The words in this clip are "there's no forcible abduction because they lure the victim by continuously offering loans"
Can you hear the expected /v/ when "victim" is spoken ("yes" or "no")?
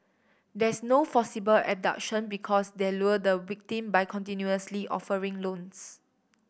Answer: no